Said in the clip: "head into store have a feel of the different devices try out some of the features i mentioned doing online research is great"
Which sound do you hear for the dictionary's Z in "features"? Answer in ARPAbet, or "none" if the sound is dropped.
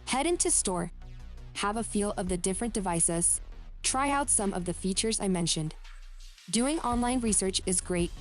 Z